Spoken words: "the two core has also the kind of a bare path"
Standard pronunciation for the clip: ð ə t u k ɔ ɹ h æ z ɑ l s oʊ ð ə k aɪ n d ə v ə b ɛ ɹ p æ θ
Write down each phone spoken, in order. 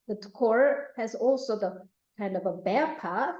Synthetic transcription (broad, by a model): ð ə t k ɔ ɹ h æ z ɑ l s oʊ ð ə k aɪ n d ə v ə b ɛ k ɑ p